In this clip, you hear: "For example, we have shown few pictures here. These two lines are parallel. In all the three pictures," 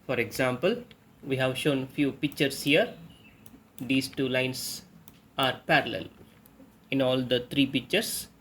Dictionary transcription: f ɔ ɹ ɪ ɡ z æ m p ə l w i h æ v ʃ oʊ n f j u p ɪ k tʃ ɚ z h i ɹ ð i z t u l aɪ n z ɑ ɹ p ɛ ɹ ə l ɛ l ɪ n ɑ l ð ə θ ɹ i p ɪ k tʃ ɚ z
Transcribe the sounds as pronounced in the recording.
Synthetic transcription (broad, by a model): f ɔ ɹ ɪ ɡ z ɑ m p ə l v i h æ v ʃ oʊ n f j u p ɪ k tʃ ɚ s h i ɹ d i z t u l aɪ n s ɑ ɹ p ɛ ɹ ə l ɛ l ɪ n ɑ l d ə t ɹ i p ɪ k tʃ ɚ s